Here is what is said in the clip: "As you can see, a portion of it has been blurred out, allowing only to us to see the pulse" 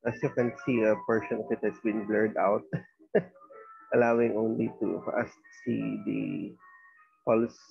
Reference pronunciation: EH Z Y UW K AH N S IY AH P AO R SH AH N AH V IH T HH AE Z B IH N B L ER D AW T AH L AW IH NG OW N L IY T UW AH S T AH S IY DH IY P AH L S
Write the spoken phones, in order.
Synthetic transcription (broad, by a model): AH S Y UW K AH N S IY AH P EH R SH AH N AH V IH T HH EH S B IH N B L ER D AW T AH L AW IH NG OW N L IY T UW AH S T S IY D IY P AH L S